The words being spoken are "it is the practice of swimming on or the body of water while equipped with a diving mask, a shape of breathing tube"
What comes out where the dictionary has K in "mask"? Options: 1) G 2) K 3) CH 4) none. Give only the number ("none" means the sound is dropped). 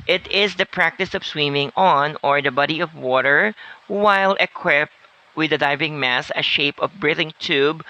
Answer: 4